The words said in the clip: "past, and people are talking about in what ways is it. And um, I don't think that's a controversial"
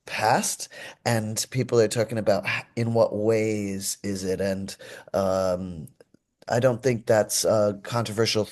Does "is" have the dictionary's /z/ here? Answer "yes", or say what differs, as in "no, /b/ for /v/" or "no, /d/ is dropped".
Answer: yes